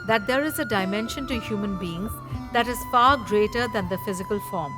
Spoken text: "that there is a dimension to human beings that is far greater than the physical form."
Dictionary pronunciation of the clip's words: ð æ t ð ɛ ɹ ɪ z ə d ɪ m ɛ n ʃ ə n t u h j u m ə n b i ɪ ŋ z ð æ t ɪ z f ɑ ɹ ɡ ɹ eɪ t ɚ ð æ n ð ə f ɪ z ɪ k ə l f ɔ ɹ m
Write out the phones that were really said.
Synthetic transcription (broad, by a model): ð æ t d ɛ ɹ ɪ z ə d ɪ m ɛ n ʃ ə n t u h j u m ə n b i ɪ ŋ z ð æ t ɪ z f ɑ ɹ ɡ ɹ eɪ t ɚ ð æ n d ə f ɪ z ɪ k ə l f ɔ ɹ m